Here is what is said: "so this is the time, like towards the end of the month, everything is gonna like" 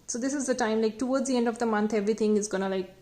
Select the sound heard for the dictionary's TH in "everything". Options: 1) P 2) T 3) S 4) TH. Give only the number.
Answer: 2